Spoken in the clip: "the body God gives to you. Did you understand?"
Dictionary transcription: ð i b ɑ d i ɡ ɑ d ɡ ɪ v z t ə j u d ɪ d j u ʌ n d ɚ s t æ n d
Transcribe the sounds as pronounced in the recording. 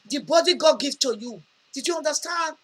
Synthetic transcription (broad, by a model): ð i b ɑ d i ɡ ɑ d ɡ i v t ə j u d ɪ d j u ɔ n d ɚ s t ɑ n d